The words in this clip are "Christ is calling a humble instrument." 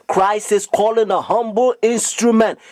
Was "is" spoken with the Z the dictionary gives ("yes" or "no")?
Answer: no